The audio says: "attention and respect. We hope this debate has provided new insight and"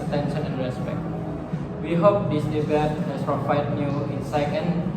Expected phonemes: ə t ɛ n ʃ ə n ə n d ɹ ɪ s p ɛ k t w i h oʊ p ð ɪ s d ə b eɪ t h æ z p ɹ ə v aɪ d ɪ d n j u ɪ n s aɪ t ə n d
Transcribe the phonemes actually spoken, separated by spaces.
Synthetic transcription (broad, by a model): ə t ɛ n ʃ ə n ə n ɹ ɪ s p ɛ k t w i h oʊ p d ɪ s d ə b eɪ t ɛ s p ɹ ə f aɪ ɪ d n j u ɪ n s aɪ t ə n